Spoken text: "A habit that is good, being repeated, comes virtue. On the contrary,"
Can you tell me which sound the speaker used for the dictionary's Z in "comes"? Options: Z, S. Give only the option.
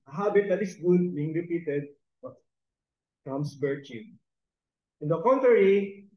S